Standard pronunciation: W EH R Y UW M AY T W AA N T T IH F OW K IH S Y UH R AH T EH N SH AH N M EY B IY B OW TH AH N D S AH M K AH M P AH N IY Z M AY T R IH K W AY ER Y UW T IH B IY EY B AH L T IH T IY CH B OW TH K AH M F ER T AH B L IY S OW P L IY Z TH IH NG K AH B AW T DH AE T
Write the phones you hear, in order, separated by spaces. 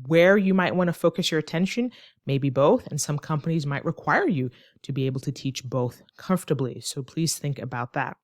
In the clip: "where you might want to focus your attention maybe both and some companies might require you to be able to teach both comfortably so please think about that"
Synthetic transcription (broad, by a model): W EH R Y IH M AY T W AA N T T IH F OW K IH S Y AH R AH T EH N SH AH N M EY B IY B OW TH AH N S AH M K AH M P AH N IY Z M AY T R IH K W AY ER Y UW T IH B IY EY B L T IH T IY CH B OW TH K AH M F T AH B L IY S OW P L IY Z TH IH NG K AH B AW T DH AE T